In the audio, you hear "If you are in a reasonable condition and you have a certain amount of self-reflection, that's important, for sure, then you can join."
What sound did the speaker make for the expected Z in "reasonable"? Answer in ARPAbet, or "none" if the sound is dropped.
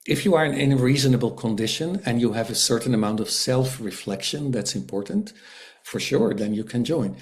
Z